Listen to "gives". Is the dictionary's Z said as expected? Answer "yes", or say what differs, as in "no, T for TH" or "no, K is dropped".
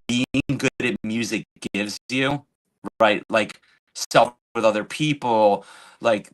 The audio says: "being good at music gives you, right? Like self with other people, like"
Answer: yes